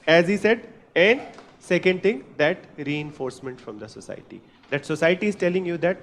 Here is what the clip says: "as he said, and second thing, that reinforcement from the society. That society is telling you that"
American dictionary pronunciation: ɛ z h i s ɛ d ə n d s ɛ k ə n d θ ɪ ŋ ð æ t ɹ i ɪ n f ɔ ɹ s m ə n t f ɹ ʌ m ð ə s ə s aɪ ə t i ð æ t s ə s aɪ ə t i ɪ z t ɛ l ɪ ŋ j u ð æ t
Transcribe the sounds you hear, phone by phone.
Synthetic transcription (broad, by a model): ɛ z h i s ɛ d ə n d s ɛ k ə n d t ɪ ŋ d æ t ɹ i ɪ n f ɔ ɹ s m ə n t f ɹ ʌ m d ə s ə s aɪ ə t i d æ t s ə s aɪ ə t i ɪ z t ɛ l ɪ ŋ j u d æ t